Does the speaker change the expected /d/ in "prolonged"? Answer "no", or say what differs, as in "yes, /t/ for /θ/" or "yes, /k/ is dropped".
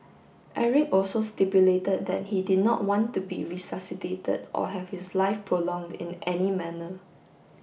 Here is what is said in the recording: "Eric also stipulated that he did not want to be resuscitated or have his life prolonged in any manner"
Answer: no